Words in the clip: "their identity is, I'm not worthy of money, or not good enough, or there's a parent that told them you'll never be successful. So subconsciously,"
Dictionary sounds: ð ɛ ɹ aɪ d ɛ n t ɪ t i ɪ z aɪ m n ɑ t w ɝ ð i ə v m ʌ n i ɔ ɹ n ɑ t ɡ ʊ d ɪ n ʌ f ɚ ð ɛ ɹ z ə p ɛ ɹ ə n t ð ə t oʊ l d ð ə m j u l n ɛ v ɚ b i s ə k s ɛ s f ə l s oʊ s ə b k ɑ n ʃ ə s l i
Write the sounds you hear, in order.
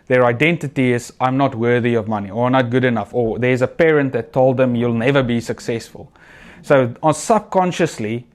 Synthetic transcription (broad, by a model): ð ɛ ɹ aɪ d ɛ n t ɪ t i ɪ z aɪ m n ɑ t w ɝ ð i ə v m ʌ n i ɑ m n ɑ t ɡ ʊ d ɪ n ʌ f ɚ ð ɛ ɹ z ə p ɛ ɹ ə n t ð ə t oʊ l d ð ə m j u l n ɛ v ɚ b i s ə k s ɛ s f ə l s oʊ s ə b k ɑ n ʃ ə s l i